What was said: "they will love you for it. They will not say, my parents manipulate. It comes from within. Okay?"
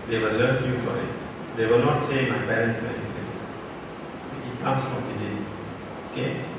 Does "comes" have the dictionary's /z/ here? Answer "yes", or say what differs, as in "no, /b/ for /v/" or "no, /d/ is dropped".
no, /s/ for /z/